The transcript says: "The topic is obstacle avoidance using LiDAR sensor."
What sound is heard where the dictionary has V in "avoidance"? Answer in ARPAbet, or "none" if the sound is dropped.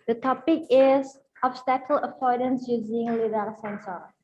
P